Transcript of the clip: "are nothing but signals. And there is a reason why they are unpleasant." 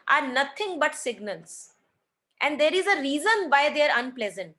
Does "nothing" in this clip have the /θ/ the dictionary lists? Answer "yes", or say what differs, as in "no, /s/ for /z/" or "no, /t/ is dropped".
no, /t/ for /θ/